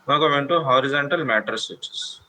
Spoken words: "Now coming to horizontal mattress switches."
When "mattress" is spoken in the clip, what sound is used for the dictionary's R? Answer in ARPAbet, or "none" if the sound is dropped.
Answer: none